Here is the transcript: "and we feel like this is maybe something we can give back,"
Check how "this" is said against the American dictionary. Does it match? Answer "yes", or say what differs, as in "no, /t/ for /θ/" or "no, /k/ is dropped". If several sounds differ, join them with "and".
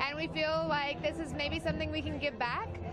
yes